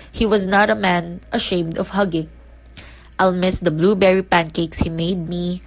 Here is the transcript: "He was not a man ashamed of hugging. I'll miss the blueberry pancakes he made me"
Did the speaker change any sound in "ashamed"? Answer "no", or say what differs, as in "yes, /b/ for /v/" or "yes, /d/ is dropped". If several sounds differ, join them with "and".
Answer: no